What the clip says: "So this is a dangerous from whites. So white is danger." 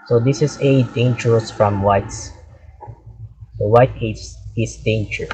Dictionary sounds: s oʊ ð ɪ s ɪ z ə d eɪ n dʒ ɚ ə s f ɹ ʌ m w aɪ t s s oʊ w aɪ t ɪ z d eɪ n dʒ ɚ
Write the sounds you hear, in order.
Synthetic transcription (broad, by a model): s oʊ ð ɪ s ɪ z ə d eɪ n tʃ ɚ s f ɹ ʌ m w aɪ t s s oʊ w aɪ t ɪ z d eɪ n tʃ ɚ